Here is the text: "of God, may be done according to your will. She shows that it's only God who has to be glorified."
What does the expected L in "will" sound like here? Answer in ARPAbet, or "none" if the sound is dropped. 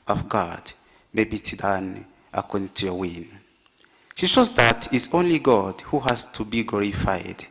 N